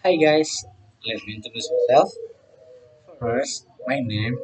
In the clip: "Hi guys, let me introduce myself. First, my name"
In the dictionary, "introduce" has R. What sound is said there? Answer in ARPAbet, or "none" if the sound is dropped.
none